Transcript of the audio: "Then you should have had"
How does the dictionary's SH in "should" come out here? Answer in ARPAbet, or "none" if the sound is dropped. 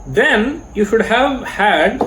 SH